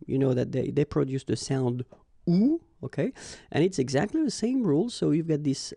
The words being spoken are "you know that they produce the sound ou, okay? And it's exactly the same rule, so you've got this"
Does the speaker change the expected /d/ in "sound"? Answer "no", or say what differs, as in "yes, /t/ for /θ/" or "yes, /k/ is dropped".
no